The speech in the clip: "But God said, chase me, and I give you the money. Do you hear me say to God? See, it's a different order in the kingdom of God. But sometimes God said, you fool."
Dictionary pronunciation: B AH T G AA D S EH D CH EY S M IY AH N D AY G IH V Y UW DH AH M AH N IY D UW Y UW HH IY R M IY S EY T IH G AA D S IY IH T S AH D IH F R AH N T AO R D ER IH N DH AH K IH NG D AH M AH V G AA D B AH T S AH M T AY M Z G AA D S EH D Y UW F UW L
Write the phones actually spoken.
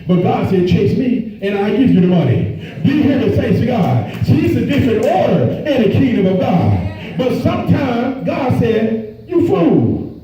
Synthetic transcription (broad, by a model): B AH T G AA D S EH D CH EY S M IY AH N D AY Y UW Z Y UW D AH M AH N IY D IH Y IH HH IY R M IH S EY S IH G AA D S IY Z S AH D IH F R AH N T AO R D ER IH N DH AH K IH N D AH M AH V G AA D B AH T S AH M T AY M Z G AA D S EH D Y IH F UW L